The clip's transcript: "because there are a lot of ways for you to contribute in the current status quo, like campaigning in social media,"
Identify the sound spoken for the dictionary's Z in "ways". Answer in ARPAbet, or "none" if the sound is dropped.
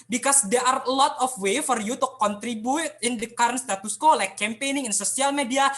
none